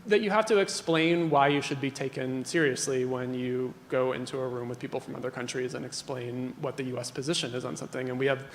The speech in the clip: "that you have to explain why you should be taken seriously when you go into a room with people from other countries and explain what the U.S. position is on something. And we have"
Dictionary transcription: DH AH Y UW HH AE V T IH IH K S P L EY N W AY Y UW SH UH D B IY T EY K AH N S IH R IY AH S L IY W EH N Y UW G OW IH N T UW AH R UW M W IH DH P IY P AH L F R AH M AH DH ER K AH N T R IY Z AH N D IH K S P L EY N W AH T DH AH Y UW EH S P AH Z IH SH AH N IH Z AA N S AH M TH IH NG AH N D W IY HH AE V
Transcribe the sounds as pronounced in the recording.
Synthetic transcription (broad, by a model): DH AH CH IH HH AE F T IH IH K S P L EY N W AY Y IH SH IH D B IY T EY K AH N S IH R IY AH S L IY W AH N Y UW G OW IH N T UW AH R UW M W IH DH P IY P L F R AH M AH DH ER K AH N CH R IY Z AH N IH K S P L EY N W AH T DH AH Y UW EH S P AH Z IH SH AH N IH Z N S AH M TH IH NG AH N W IY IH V